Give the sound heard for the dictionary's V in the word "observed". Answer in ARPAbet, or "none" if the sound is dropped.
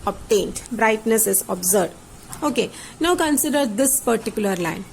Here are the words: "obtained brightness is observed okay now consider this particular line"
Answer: none